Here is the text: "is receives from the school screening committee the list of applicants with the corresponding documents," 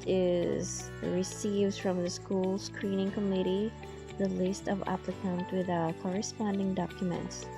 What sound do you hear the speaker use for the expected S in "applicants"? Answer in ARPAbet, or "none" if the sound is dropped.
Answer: none